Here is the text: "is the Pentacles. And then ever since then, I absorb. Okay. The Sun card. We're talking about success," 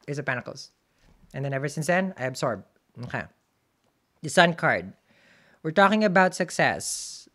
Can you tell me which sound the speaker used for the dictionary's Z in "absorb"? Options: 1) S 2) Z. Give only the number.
1